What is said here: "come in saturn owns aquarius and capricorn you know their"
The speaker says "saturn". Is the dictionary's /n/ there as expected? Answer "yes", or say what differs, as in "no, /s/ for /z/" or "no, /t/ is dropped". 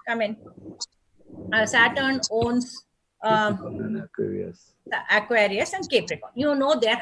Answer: yes